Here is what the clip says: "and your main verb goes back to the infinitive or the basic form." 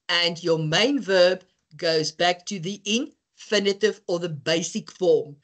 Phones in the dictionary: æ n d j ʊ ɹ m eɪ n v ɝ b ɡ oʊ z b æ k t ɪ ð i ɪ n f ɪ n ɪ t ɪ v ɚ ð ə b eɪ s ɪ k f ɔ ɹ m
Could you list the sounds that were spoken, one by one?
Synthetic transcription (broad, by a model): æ n d j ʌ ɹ m eɪ n v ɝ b ɡ oʊ z b æ k t ɪ ð i ɪ n f ɪ n ɪ t ɪ v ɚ ð ə b eɪ s ɪ k f ɔ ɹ m